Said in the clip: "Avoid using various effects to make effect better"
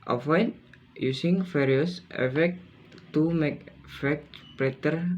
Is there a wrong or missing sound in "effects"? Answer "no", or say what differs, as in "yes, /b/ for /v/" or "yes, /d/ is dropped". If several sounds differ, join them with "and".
yes, /s/ is dropped